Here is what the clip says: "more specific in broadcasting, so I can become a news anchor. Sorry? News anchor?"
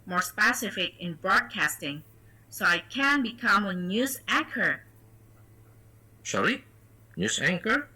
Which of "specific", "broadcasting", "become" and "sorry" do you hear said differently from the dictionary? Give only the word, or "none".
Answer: sorry